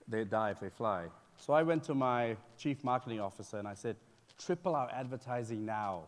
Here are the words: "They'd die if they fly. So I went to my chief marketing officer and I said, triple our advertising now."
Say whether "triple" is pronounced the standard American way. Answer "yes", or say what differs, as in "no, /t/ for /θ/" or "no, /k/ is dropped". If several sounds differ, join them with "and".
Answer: yes